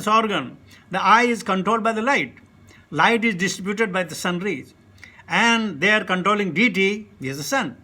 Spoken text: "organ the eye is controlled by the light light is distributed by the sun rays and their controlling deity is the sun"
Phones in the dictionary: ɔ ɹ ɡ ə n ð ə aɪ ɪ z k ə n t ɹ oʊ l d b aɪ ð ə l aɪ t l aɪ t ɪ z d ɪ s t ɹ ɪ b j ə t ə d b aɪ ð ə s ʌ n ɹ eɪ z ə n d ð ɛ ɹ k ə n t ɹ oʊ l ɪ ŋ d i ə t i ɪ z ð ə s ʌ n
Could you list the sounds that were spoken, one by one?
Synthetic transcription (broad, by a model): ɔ ɹ ɡ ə n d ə aɪ ɪ z k ə n t ɹ oʊ l d b aɪ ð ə l aɪ t l aɪ t ɪ z d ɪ s t ɹ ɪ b j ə t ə d b aɪ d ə s ʌ n ɹ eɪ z ə n d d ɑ ɹ k ə n t ɹ oʊ l ɪ ŋ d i t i ɪ z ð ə s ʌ n